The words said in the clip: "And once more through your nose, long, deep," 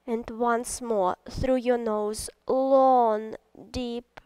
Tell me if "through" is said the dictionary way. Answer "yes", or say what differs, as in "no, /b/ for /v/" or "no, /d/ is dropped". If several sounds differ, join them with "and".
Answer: yes